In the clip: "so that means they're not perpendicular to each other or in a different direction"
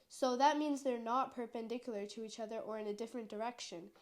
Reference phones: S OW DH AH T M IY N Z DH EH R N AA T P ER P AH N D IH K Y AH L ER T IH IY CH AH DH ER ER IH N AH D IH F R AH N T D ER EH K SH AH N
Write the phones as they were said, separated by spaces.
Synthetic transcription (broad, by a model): S OW DH AH T M IY N Z DH EH R N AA T P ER P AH N D IH K Y L ER T IH IY CH AH DH ER ER IH N AH D IH F R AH N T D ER EH K SH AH N